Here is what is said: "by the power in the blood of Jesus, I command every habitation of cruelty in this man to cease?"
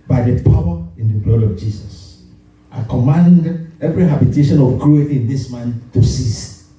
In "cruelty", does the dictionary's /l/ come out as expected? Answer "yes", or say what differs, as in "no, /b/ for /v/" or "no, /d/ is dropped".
no, /l/ is dropped